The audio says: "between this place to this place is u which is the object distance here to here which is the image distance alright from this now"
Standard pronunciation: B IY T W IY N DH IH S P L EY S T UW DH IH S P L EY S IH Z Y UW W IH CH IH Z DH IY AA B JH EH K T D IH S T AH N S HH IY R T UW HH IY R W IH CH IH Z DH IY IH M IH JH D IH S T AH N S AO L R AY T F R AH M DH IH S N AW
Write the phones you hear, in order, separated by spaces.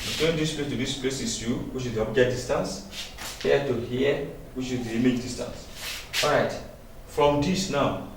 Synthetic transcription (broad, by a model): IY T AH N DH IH S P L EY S T UW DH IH S P L EY S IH S Y UW W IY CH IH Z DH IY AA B JH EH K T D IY S T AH N S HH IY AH T UW HH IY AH W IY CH IH Z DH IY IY M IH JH D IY S T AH N S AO R AY T F R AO M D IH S N AW